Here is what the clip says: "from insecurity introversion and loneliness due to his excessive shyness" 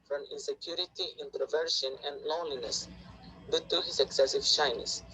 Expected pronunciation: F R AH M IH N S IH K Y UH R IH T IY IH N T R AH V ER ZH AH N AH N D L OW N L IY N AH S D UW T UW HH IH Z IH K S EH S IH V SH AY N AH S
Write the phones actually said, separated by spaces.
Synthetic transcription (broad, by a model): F R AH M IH N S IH K Y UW R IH T IY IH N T R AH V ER SH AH N AH N D L OW N L IY N AH S D UW T UW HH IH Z IH K S EH S IH V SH AY N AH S